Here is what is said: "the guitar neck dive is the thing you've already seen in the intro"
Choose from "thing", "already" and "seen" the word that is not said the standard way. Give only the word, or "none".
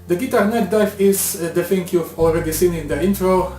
thing